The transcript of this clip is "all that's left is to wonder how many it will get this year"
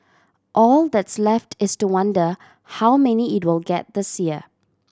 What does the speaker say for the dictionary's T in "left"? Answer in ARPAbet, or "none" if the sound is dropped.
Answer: T